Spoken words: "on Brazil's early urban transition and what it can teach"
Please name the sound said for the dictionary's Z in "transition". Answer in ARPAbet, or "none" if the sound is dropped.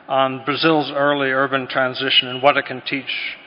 Z